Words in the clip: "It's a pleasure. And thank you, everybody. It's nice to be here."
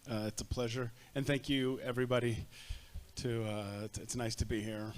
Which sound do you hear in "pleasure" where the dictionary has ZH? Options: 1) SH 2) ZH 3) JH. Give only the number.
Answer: 2